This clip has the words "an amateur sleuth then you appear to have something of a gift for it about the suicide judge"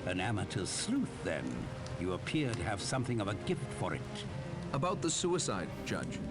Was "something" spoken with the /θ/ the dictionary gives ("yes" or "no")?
yes